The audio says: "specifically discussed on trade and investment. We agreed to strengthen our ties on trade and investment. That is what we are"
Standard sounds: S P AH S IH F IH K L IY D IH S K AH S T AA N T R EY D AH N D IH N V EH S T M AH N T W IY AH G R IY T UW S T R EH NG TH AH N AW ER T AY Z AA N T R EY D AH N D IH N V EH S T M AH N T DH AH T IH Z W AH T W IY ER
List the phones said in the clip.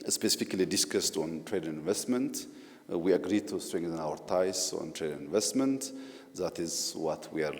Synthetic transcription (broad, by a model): S P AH S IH F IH K L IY D IH S K AH S T AA N T R EY D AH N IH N V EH S T M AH N T W IY AH G R IY T UW S T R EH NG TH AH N AW ER T AY S AA N T R EY D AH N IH N V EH S T M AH N T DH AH T IH Z W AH T W IY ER